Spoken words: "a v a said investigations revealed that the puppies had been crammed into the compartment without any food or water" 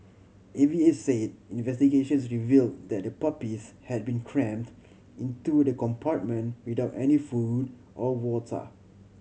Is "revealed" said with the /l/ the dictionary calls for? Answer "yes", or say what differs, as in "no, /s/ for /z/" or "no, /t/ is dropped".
yes